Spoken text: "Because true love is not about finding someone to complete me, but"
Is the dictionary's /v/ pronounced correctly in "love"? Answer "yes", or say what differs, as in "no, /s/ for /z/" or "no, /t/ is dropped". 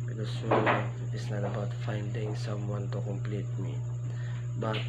no, /v/ is dropped